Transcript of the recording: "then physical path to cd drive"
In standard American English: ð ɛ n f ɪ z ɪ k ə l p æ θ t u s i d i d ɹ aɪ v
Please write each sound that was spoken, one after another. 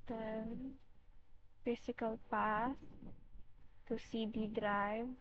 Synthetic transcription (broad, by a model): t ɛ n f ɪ s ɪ k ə l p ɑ s t u s i d i d ɹ aɪ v